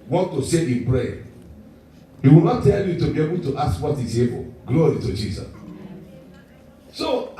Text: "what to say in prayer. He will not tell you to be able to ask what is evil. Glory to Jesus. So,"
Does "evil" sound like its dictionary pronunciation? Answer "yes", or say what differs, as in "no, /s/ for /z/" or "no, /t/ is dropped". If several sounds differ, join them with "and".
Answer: no, /b/ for /v/